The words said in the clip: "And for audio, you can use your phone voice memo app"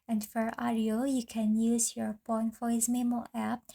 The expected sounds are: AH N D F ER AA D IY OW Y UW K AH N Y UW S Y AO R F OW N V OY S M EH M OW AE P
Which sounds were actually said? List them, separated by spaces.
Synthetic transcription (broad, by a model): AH N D F ER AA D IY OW Y UW K AH N Y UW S Y AO R P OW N F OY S M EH M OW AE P